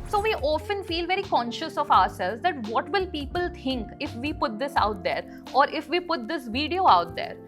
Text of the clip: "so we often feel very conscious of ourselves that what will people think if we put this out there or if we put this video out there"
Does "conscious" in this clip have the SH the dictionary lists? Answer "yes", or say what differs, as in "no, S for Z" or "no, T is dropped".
yes